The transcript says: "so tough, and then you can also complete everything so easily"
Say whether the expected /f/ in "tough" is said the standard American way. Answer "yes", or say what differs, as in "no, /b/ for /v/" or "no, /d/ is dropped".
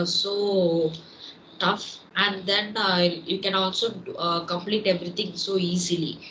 yes